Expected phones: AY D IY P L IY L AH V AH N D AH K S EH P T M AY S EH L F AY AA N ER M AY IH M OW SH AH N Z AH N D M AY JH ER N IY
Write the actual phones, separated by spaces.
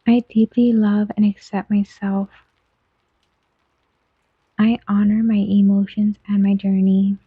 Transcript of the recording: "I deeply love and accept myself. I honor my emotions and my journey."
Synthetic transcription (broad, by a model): AY D IY P L IY L AH V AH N AH K S EH P T M AY S EH L F AY AA N ER M AY IH M OW SH AH N Z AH N M AY JH ER N IY